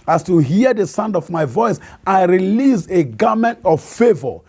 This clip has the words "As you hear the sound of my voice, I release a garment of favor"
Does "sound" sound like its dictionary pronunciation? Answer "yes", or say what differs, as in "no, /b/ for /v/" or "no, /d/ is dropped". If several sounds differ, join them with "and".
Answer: yes